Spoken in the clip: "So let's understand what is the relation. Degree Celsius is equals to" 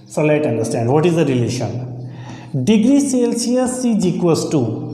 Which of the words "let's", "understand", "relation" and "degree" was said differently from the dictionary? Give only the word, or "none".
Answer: let's